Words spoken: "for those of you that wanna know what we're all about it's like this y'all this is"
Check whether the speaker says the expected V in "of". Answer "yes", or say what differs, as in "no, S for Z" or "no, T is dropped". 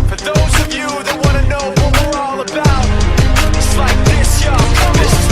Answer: yes